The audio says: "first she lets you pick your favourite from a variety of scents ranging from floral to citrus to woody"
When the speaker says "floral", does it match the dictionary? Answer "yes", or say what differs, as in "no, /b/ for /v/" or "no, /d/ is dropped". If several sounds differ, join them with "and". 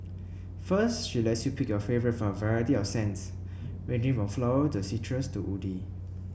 no, /ɹ/ is dropped